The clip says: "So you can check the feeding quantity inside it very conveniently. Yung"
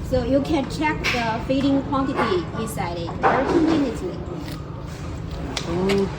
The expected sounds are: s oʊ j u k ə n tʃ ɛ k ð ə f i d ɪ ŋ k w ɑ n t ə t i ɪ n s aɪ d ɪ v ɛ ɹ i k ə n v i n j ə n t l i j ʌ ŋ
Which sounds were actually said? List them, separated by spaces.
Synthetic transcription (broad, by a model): s oʊ j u k ə n tʃ ɛ k ð ə f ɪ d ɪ ŋ k w ɑ n t ə t i ɪ n s aɪ d ɪ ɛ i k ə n i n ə t i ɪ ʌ